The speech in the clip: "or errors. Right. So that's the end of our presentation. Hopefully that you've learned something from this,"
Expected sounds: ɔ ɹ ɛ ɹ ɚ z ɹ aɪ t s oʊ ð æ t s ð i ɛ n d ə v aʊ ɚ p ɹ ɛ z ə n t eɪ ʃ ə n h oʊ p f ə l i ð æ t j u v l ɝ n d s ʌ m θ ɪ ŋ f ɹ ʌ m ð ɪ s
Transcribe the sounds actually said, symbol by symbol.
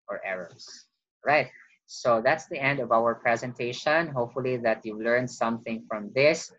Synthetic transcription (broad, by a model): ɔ ɹ ɛ ɹ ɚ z ɹ aɪ t s oʊ ð æ t s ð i ɛ n d ə v aʊ ɚ p ɹ ɛ z ə n t eɪ ʃ ə n h oʊ p f ə l i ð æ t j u l ɝ n d s ʌ m θ ɪ ŋ f ɹ ʌ m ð ɪ s